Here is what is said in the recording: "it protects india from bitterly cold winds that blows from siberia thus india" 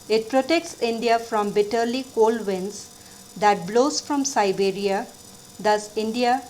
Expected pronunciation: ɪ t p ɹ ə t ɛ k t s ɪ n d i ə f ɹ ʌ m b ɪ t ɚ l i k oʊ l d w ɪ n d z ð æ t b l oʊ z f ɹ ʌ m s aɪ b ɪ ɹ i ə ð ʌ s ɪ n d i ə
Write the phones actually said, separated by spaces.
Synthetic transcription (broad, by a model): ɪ t p ɹ ə t ɛ k t s ɪ n d i ə f ɹ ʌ m b ɪ t ɚ l i k oʊ l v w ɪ n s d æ t b l oʊ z f ɹ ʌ m s aɪ b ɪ ɹ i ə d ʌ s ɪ n d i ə